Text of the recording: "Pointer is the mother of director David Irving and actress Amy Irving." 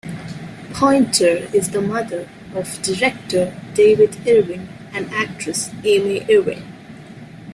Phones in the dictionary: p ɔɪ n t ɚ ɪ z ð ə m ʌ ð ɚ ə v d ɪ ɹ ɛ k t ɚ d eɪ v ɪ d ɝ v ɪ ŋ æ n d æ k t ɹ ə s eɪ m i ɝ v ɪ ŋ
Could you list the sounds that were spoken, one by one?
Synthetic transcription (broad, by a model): p ɔɪ n t ɚ ɪ z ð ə m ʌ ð ɚ ə v d ɪ ɹ ɛ k t ɚ d eɪ v ɪ d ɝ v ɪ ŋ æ n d æ k t ɹ ə s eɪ m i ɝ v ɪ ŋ